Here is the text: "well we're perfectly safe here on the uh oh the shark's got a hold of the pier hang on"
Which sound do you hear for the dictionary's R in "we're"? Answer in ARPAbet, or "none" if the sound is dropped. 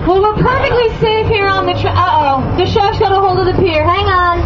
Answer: L